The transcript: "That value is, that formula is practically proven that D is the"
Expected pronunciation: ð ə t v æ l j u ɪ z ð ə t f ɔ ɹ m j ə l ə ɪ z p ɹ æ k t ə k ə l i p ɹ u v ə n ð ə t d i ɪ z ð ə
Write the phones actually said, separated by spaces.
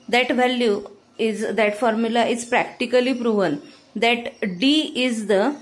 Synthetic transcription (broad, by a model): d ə t v æ l j u ɪ z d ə t f ɔ ɹ m j ə l ə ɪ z p ɹ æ k t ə k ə l i p ɹ u v ə n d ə t d i ɪ z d ə